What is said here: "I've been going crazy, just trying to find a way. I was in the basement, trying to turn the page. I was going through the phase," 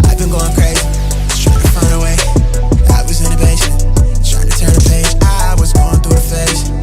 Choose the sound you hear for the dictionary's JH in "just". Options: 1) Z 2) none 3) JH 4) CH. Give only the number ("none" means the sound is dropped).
1